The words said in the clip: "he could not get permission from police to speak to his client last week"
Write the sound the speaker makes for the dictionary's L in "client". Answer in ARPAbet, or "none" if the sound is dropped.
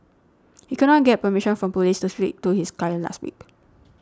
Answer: none